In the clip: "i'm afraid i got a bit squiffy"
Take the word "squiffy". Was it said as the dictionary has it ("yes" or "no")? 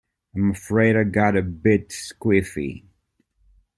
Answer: yes